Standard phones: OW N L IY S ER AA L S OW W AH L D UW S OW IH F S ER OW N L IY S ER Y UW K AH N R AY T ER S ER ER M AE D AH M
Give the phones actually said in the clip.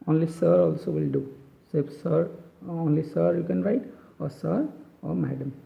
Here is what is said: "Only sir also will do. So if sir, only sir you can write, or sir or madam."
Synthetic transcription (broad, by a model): OW N L IY S ER AA L S OW W AH L D UW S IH P S ER OW N L IY S ER Y UW K AH N R AY T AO S ER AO M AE D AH M